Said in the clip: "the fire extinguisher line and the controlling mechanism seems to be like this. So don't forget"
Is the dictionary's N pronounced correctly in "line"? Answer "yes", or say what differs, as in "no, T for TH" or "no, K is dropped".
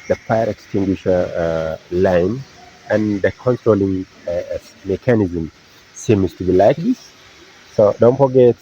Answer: yes